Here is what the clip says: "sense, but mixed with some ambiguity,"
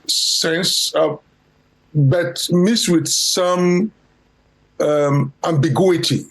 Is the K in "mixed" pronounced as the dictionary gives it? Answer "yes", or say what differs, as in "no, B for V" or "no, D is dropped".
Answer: no, K is dropped